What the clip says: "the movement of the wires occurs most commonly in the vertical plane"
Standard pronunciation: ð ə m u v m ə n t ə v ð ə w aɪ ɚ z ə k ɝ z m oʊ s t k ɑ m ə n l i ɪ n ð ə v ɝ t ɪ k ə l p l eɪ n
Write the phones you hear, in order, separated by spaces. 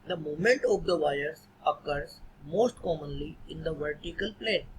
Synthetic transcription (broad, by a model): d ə m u m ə n t ə v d ə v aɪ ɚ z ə k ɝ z m oʊ s t k ɑ m ə n l i ɪ n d ə v ɝ t ɪ k ə l p l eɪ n